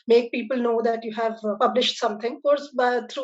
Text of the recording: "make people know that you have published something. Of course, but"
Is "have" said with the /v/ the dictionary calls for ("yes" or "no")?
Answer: yes